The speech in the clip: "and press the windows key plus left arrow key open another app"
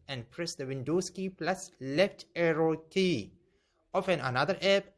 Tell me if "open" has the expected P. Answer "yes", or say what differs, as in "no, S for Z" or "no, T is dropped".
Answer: no, F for P